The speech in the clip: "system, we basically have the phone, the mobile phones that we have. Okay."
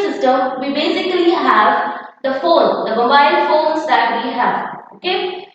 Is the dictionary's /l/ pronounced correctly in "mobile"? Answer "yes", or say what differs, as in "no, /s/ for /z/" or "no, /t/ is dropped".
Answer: no, /n/ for /l/